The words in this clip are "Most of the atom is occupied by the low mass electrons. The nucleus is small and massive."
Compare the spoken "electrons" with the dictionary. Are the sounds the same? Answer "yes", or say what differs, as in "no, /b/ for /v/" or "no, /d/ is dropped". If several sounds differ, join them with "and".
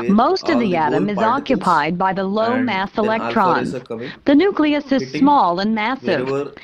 yes